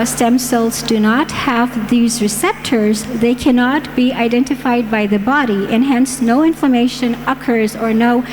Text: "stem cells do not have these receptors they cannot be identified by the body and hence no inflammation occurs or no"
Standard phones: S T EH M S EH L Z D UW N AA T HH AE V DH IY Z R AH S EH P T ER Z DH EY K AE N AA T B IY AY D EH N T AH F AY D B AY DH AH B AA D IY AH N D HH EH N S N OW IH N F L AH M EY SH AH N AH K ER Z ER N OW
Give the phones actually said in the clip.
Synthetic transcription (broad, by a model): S T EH M S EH L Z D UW N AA T HH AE V DH IY Z R AH S EH P T ER Z DH EY K AE N AA T B IY AY D EH N T AH F AY D B AY DH AH B AA D IY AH N HH EH N S N OW IH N F L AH M EY SH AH N AH K ER Z ER N OW